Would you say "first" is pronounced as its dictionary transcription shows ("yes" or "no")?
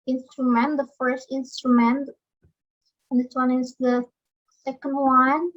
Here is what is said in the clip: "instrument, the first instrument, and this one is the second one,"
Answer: yes